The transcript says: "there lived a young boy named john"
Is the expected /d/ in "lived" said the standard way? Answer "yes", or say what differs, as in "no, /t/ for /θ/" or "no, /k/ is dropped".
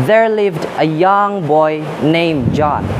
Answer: yes